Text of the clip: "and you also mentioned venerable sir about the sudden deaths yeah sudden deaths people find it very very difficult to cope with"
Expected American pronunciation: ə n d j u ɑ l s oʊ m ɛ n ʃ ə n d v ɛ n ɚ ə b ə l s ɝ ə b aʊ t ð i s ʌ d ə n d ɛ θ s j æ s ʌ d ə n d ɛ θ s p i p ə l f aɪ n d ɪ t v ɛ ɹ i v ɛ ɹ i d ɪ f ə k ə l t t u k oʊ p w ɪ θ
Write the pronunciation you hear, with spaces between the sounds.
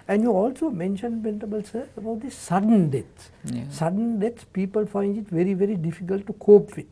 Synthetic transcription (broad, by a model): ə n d j u ɑ l s oʊ m ɛ n ʃ ə n d p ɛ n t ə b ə l s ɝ ə b aʊ t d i s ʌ d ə n d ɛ t s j s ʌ d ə n d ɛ t s p i p ə l f aɪ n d ɪ t v ɛ ɹ i v ɛ ɹ i d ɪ f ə k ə l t t u k oʊ p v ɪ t